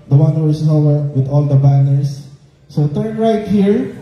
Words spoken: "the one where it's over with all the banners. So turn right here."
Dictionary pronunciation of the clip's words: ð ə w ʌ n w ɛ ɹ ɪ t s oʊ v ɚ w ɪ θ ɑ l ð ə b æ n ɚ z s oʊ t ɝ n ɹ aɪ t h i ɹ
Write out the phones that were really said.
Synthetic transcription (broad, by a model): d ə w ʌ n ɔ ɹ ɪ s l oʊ w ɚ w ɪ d ɑ l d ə b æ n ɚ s s oʊ t ɝ n ɹ aɪ t h i ɹ